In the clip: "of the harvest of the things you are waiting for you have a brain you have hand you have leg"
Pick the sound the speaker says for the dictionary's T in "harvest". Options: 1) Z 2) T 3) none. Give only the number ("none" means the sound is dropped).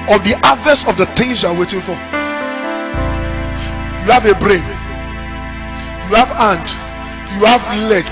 3